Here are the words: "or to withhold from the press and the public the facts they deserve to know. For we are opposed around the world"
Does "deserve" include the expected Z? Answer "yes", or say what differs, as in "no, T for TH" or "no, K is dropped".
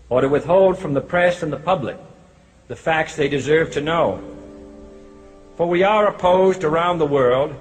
yes